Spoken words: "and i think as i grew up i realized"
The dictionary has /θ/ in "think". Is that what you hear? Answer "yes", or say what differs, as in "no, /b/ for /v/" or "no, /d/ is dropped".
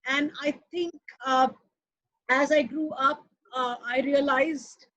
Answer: no, /t/ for /θ/